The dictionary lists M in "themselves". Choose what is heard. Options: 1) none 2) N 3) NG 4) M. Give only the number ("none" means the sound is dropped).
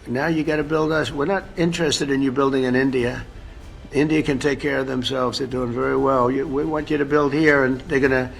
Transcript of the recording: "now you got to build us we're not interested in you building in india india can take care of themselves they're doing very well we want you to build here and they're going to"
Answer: 4